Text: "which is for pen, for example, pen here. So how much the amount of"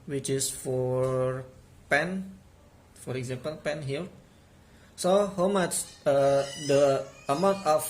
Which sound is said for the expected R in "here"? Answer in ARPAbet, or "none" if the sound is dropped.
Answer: L